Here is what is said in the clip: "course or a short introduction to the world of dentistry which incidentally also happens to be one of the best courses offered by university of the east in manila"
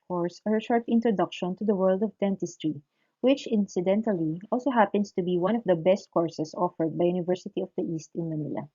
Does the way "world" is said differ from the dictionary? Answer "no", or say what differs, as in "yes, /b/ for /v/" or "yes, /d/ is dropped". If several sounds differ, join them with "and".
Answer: no